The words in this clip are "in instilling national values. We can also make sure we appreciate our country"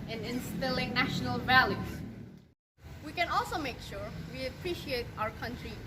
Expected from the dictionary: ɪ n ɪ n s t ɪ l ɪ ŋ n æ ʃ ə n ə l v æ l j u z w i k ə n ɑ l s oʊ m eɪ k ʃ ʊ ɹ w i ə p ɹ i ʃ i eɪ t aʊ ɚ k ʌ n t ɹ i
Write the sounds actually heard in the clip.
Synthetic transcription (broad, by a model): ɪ n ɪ n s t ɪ l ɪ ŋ n æ ʃ ə n ə l v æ l j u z w i k ə n ɑ l s oʊ m eɪ k ʃ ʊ ɹ w i ə p ɹ i ʃ i eɪ t aʊ ɚ k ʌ n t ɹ i